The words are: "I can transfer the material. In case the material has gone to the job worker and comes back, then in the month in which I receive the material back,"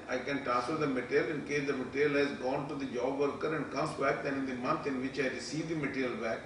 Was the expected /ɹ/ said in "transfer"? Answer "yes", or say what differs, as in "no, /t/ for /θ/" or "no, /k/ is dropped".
no, /ɹ/ is dropped